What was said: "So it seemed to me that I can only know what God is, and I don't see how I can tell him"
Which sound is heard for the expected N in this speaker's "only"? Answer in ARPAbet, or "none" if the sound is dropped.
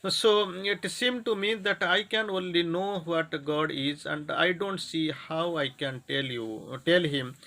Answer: N